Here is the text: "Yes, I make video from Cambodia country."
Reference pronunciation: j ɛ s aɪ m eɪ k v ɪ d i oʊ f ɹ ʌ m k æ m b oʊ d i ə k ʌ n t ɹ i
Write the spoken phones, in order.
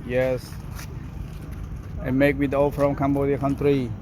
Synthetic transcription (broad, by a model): j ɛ s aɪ m eɪ k w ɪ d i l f ɹ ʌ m k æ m b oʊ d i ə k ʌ n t ɹ i